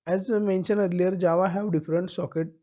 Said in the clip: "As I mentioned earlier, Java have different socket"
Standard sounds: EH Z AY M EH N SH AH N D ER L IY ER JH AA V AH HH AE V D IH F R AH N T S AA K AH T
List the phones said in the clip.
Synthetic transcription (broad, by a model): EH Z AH M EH N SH AH N ER L IY ER JH AA V AH HH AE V D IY F R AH N T S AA K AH T